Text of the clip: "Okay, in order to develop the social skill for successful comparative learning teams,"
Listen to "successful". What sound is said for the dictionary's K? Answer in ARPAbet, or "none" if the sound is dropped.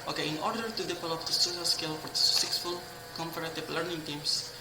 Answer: none